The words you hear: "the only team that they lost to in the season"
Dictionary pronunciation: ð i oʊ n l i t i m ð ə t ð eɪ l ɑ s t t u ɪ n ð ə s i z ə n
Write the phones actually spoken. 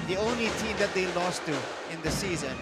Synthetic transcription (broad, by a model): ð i oʊ n l i t i m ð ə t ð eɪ l ɑ s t t u ɪ n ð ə s i z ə n